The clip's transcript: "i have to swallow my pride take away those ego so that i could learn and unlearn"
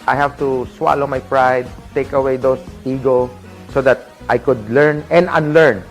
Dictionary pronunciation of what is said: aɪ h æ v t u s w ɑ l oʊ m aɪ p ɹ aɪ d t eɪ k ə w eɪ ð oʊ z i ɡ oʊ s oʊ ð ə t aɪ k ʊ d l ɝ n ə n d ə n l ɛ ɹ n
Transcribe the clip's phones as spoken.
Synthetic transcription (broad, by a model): aɪ h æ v t u s w ɑ l oʊ m aɪ p ɹ aɪ d t eɪ k ə w eɪ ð oʊ s i ɡ oʊ s oʊ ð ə t aɪ k ʊ d l ɝ n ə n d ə n l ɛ ɹ n